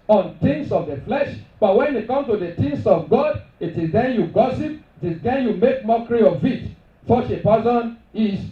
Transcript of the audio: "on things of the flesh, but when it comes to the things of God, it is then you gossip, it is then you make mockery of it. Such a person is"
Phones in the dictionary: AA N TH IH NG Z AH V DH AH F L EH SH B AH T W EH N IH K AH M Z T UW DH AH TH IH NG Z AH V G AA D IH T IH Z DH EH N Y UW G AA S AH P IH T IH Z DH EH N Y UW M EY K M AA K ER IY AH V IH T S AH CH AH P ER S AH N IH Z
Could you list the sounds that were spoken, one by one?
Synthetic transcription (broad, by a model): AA N T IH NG S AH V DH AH F L EH SH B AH T W EH N IH K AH M T UW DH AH T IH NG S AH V G AA D IH T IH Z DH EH N Y UW G AA S AH P IH T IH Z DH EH N Y UW M EY K M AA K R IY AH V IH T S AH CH AH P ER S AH N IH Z